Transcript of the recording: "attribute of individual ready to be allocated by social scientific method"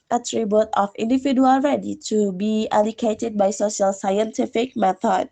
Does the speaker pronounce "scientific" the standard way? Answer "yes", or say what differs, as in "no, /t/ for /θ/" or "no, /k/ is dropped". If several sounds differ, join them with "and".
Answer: yes